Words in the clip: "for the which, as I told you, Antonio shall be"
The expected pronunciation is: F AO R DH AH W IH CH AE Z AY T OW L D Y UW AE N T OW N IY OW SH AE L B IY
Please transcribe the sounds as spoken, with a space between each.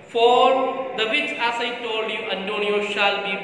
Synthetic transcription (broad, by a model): F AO R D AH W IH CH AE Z AY T OW L D Y UW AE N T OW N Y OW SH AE L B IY